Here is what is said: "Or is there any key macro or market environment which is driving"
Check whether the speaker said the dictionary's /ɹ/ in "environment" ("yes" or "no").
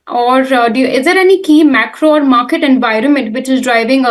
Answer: yes